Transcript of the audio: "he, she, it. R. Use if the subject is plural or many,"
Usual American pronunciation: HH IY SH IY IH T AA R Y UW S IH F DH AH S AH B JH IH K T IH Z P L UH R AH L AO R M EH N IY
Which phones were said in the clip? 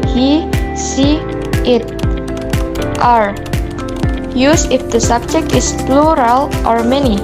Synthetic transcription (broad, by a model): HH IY S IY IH T AA R Y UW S IH F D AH S AH B JH IH K T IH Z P L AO R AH L AO R M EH N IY